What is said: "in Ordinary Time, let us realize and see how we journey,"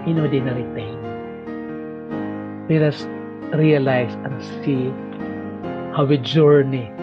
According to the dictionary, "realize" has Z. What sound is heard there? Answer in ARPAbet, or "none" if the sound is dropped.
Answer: S